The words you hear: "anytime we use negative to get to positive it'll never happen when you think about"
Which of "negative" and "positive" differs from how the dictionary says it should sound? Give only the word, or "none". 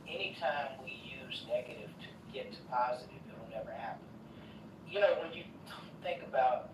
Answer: none